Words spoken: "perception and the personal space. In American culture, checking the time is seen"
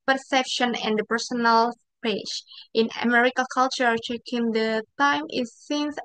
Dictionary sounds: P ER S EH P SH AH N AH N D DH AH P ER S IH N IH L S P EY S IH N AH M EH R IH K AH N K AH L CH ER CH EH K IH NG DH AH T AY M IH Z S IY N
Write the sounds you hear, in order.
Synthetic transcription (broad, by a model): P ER S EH P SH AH N AH N D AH P ER S IH N IH L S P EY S IH N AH M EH R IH K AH L K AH L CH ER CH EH K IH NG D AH T AY M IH S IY N